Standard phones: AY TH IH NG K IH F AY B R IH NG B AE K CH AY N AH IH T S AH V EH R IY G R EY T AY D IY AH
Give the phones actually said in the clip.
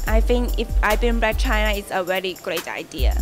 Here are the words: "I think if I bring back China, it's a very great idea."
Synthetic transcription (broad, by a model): AY TH IH NG K IH F AY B IH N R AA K CH AY N AH IH T S AH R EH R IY G R EY T AY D IY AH